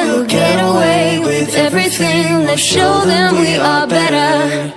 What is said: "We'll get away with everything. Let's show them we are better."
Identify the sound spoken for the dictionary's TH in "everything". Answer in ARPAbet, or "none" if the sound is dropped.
TH